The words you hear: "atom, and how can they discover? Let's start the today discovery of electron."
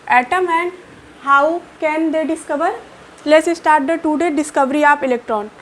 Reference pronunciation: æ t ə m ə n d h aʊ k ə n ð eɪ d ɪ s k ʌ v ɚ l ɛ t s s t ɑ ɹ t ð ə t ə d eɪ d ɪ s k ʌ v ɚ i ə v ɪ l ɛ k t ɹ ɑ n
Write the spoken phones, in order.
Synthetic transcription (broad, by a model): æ t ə m ə n d h aʊ k ə n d eɪ d ɪ s k ʌ v ɚ l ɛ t s s t ɑ ɹ t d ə t ə d eɪ d ɪ s k ʌ v ɚ i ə p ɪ l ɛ k t ɹ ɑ n